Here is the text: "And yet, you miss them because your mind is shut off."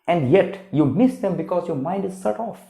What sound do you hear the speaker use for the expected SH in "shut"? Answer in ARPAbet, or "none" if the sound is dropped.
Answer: S